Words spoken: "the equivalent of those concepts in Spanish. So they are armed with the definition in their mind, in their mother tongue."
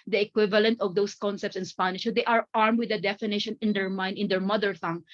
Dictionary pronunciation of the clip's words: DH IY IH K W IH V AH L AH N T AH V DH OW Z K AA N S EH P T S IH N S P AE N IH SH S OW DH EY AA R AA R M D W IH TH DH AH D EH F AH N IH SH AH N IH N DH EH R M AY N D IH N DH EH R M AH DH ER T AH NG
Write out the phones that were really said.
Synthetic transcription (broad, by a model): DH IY IH K W IH V AH L AH N T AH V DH OW S K AA N S EH P T S IH N S P AE N IH SH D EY AA R AA R M D W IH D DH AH D EH F AH N IH SH AH N IH N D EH R M AY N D IH N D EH R M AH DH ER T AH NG